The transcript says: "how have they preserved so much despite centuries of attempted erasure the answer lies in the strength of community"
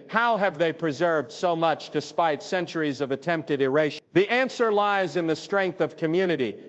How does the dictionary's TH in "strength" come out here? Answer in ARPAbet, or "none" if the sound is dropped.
TH